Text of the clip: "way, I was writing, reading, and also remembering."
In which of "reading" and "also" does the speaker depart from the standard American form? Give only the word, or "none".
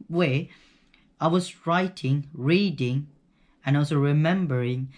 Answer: also